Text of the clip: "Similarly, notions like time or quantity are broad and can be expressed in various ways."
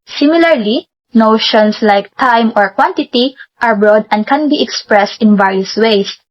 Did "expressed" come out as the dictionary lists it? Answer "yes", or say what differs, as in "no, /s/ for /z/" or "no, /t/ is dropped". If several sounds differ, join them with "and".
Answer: yes